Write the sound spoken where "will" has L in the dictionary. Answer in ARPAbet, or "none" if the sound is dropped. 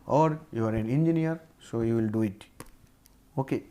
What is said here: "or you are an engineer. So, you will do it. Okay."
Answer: L